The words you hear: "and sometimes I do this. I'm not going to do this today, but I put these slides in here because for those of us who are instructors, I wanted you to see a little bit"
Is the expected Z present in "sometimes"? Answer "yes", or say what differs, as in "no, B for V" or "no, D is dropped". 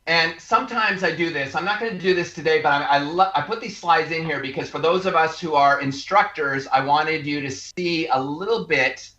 yes